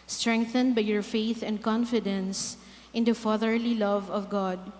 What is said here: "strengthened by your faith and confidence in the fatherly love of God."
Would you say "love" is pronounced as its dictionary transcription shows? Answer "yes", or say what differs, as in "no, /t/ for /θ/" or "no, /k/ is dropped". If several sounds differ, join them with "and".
yes